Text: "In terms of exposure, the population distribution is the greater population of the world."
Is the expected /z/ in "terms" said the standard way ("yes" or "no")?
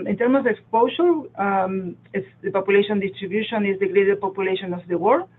no